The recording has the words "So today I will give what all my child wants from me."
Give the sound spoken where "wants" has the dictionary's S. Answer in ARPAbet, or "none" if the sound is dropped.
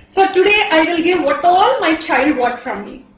none